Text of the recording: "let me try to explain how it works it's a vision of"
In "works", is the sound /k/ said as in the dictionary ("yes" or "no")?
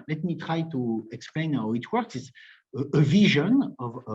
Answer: yes